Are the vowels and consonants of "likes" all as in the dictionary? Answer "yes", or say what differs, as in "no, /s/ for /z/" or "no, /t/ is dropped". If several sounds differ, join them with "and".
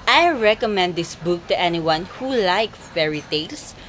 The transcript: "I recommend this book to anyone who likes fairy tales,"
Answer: no, /s/ is dropped